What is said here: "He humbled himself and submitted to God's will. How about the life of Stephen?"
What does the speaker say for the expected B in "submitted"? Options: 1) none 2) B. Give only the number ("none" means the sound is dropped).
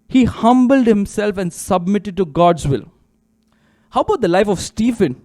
2